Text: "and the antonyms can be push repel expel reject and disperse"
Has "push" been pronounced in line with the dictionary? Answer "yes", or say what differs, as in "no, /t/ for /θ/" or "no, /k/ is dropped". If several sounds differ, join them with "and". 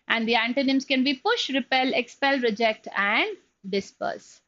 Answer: yes